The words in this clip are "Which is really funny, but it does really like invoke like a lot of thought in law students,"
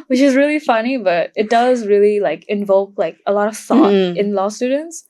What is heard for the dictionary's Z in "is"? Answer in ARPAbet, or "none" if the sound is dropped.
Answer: Z